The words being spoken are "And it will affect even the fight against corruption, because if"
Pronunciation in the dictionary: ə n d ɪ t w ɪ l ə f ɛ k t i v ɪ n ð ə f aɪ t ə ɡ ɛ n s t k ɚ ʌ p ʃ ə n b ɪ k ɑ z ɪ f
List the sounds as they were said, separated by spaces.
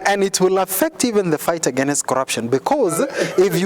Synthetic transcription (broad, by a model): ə n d ɪ t w ɪ l ə f ɛ k t i v ɪ n ð ə f aɪ t ə ɡ ɛ n s t k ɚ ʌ p ʃ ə n b ɪ k ɑ z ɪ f